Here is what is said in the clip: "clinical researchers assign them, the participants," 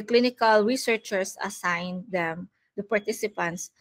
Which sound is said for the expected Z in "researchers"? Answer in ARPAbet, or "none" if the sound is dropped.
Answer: S